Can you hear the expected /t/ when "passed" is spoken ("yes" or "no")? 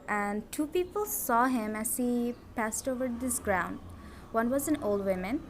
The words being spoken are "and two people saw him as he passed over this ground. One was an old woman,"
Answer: yes